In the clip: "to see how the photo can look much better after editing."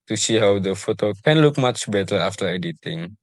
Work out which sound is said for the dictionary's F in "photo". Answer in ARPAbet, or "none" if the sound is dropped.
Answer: F